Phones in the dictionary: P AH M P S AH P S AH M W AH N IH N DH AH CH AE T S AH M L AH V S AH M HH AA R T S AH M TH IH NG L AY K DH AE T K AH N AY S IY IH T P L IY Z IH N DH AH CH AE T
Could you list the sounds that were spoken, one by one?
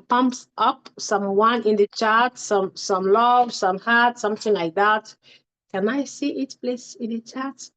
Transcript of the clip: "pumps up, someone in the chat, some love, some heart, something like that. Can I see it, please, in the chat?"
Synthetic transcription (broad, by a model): P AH M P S AH P S AH M W AH N IH N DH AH CH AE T S AH M L AH V S AH M HH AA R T S AH M TH IH NG L AY K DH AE T K AH N AY S IY IH T P L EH S IH N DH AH CH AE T